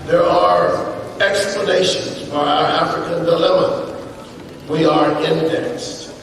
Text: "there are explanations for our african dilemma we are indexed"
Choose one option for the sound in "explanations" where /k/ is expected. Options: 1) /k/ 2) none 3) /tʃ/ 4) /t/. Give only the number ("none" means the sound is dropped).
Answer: 1